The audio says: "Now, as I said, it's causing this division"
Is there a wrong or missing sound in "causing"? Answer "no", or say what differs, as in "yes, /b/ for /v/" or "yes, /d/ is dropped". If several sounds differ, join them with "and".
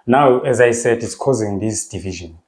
no